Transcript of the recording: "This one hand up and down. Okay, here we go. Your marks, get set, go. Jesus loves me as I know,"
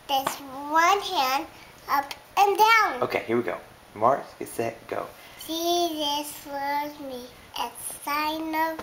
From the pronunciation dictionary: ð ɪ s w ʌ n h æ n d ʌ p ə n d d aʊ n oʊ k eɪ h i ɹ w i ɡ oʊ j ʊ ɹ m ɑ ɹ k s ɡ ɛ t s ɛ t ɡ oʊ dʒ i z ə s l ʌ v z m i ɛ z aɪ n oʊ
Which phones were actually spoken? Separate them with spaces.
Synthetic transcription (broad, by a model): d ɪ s w ʌ n h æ n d ʌ p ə n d d aʊ n oʊ k eɪ h i ɹ w i ɡ oʊ ʊ m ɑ ɹ s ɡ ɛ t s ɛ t ɡ oʊ ʃ i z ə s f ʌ z m i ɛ s aɪ n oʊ